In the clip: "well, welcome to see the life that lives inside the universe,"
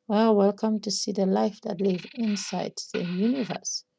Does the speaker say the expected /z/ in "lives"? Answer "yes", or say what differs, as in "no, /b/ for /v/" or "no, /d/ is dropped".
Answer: no, /z/ is dropped